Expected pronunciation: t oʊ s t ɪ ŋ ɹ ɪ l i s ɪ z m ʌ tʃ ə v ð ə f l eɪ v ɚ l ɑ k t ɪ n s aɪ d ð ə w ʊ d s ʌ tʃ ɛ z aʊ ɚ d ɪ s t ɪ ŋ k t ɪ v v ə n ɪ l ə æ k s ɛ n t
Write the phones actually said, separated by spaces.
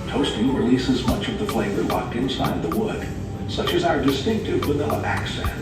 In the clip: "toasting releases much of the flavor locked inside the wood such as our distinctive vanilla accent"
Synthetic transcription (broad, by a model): t oʊ s t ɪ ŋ ɹ ɪ l i s ɪ z m ʌ tʃ ə v ð ə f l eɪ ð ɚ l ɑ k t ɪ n s aɪ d ð ə w ʊ d s ʌ tʃ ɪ z aʊ ɚ d ɪ s t ɪ ŋ k t ɪ v w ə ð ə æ k s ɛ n